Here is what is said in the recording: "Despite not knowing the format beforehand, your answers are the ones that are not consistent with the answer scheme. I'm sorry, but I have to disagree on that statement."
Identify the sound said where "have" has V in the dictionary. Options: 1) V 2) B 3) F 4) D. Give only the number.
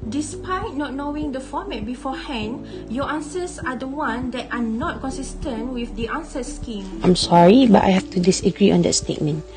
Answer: 3